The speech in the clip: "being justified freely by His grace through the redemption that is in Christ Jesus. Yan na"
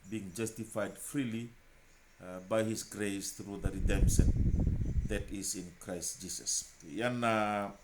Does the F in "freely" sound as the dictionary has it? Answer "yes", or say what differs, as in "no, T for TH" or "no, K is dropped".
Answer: yes